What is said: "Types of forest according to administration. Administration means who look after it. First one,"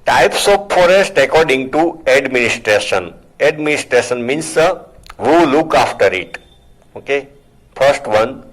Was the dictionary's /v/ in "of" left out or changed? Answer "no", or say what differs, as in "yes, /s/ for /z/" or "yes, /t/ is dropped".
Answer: yes, /p/ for /v/